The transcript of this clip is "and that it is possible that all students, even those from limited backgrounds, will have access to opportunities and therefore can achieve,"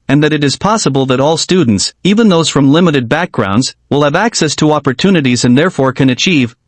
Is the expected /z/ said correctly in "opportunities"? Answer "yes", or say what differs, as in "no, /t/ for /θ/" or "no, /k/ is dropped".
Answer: yes